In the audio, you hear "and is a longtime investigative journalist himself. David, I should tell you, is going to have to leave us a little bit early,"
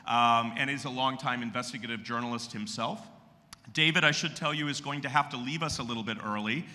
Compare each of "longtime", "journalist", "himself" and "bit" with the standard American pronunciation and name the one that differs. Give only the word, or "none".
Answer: none